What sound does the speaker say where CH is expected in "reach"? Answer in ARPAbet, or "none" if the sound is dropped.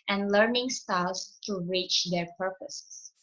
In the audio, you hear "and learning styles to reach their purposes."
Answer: CH